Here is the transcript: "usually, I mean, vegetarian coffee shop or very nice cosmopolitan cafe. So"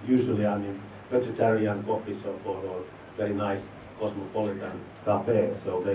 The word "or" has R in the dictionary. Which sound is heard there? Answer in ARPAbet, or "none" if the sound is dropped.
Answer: L